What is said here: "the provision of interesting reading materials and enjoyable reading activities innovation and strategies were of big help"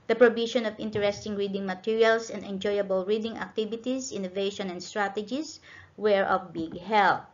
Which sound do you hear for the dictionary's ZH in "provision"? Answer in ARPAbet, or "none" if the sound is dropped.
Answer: SH